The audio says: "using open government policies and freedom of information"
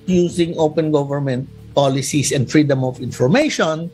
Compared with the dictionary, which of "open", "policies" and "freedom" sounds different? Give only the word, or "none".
policies